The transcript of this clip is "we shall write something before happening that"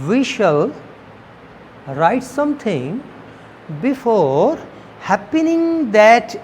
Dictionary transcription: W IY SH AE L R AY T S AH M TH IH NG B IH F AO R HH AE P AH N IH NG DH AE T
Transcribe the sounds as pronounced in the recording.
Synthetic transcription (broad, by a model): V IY SH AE L R AY T S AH M T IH NG B IH F AO R HH AE P AH N IH NG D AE T